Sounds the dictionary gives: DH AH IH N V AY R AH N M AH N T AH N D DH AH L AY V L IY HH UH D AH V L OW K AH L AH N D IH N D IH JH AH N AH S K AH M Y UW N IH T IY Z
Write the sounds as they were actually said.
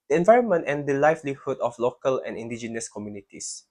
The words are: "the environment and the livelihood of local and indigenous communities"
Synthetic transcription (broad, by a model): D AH IH N V AY R AH N M AH N T AH N D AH L AY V L IY HH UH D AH F L OW K AH L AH N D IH N D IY JH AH N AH S K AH M Y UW N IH T IY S